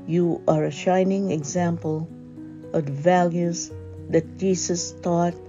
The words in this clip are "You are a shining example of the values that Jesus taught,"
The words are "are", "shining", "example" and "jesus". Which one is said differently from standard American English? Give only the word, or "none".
jesus